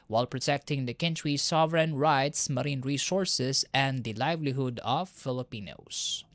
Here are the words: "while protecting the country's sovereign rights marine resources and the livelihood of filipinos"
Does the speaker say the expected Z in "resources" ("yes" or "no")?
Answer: no